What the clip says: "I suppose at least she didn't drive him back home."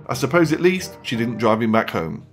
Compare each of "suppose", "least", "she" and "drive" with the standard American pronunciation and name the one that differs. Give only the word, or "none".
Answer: none